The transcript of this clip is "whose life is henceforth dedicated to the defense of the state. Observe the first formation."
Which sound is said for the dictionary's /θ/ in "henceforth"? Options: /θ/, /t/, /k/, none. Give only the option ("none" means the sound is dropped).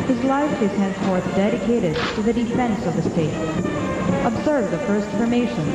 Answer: /θ/